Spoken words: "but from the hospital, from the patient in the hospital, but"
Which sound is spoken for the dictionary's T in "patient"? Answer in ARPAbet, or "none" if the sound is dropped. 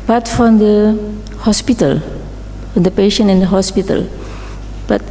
none